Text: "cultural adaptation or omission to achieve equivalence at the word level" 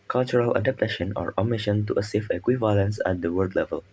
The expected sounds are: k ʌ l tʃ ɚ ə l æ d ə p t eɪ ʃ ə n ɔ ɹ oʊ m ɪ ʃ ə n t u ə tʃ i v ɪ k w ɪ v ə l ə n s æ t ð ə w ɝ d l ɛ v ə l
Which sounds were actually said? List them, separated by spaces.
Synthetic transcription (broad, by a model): k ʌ l tʃ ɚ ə l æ d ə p t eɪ ʃ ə n ɔ ɹ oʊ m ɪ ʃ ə n t u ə s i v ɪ k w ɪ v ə l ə n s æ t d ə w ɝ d l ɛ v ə l